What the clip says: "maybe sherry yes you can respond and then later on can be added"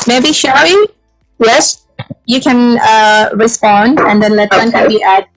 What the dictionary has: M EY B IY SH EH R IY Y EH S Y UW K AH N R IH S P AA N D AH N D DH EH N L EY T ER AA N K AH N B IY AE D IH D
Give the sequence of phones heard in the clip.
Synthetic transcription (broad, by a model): M EY B IY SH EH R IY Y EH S Y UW K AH N R IH S P AA N D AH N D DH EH N L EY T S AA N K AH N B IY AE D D